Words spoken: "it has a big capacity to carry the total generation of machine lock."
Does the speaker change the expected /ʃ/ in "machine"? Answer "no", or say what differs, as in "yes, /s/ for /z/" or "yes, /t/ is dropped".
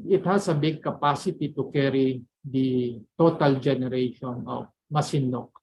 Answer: yes, /s/ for /ʃ/